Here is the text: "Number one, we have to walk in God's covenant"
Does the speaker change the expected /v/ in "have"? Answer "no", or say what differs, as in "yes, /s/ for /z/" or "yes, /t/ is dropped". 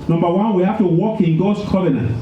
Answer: yes, /f/ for /v/